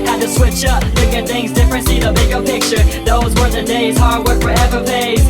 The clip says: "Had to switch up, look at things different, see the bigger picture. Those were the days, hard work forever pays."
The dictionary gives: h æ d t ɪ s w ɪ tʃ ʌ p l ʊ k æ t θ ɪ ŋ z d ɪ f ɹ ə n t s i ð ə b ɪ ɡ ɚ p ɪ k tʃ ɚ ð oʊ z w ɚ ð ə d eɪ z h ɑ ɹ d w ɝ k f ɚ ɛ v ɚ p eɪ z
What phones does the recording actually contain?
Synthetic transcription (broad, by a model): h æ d t ɪ s w ɪ tʃ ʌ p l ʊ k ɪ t θ ɪ ŋ z d ɪ f ɹ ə n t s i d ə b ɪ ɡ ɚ p ɪ k tʃ ɚ ð oʊ z w ɚ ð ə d eɪ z h ɑ ɹ d w ɝ k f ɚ ɛ v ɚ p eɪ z